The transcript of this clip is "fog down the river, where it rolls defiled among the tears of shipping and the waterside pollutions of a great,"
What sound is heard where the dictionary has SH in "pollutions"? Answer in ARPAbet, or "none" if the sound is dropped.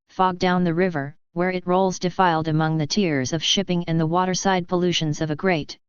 SH